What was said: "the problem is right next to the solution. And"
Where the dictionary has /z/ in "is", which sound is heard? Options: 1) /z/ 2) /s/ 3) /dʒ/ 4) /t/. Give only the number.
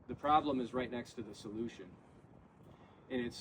1